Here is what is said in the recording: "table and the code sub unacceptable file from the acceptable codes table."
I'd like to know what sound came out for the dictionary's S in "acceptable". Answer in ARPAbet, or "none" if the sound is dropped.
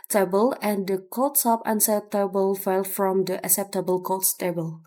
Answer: S